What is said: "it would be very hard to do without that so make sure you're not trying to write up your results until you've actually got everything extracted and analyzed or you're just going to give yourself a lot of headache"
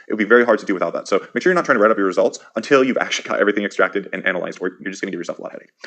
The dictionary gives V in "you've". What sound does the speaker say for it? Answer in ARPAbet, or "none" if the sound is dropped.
V